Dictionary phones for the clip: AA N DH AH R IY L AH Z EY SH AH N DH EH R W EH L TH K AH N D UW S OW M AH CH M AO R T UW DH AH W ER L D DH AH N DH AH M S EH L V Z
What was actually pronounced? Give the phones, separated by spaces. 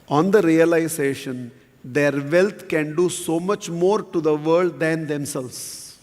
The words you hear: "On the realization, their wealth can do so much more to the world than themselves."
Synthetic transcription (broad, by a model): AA N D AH R IY L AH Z EY SH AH N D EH R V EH L T K AH N D UW S OW M AH CH M AO R T UW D AH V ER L D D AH N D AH M S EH L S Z